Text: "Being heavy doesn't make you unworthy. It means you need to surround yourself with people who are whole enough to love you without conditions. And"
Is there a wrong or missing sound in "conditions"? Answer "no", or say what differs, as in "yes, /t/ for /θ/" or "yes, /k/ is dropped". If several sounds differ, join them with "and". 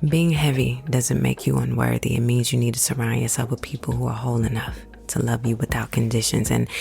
no